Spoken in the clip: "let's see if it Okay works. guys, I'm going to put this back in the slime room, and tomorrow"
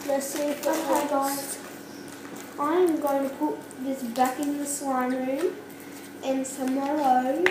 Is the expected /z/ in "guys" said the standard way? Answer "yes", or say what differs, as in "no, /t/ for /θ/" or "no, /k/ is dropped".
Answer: no, /z/ is dropped